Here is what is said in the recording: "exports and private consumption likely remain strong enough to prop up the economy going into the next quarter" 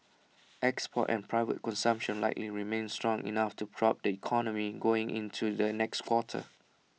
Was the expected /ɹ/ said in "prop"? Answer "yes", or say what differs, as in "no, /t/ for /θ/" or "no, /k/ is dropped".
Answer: yes